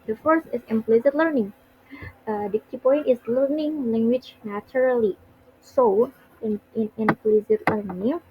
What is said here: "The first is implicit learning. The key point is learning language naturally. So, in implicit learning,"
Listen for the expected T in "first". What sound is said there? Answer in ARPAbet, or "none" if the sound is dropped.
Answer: none